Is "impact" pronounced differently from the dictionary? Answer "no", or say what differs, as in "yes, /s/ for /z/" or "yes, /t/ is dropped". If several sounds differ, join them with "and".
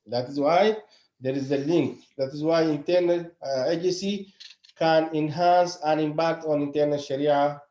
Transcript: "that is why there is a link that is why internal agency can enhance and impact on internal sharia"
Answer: yes, /b/ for /p/